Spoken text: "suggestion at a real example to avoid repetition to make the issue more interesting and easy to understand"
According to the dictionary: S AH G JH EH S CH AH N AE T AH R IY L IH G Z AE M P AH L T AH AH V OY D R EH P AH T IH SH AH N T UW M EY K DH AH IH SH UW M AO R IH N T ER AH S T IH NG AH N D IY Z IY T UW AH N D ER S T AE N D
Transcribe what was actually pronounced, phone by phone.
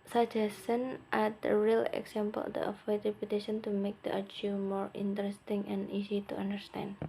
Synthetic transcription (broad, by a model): S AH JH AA S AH N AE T AH R IY L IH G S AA M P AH L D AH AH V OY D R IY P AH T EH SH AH N T UW M EY K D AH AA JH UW M AO R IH N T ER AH S T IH NG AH N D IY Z IY T UW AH N D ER S T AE N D